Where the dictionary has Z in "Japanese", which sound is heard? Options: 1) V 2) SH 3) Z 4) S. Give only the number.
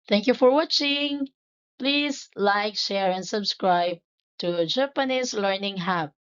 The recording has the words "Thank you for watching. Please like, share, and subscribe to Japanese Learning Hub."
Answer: 4